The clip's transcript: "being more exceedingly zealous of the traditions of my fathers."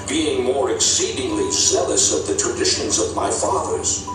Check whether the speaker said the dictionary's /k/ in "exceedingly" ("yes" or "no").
yes